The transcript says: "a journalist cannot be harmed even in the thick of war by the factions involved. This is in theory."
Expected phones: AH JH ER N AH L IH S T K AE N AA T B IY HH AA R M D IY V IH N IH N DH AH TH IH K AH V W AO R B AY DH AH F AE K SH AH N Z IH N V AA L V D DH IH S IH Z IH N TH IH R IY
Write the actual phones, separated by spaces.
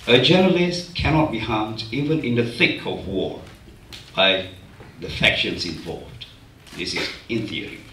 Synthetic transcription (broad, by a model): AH JH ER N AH L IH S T K AE N AA T B IY HH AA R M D IY V IH N IH N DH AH TH IH K AH V W AO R B AY DH AH F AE K SH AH N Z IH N V AA L V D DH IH S IH Z IH N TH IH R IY